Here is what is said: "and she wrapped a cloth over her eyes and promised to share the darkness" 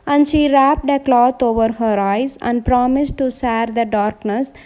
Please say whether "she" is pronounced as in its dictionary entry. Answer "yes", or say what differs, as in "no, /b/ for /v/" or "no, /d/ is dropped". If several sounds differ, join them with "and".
yes